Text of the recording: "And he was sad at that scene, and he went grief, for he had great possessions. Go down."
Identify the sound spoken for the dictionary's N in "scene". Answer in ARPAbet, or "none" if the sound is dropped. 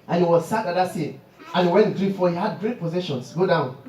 none